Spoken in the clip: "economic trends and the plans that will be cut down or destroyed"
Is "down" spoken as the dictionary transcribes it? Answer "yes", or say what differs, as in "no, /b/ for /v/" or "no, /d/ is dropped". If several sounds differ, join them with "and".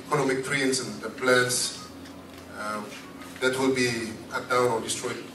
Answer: no, /n/ is dropped